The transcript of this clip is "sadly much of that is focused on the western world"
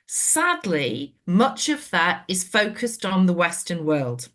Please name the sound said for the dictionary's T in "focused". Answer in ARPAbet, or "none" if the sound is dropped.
T